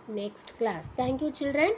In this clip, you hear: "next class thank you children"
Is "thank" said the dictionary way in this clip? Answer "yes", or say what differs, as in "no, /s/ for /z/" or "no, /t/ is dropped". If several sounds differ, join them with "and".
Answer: no, /t/ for /θ/